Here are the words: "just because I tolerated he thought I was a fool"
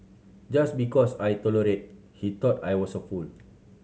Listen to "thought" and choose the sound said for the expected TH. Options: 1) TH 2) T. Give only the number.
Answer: 2